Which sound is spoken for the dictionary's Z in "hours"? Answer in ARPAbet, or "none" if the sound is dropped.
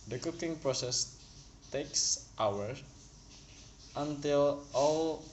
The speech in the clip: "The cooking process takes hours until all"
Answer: none